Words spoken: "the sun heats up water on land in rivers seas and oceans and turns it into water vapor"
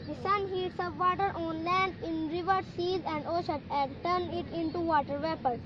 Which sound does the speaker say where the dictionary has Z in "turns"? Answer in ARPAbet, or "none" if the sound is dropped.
none